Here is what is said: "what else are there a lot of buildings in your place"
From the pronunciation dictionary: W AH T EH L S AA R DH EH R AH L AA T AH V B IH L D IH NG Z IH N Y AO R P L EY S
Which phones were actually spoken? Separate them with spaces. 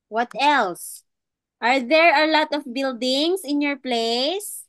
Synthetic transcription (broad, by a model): W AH T EH L S AA R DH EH R AH L AA T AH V B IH L D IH NG S IH N Y AO R P L EY S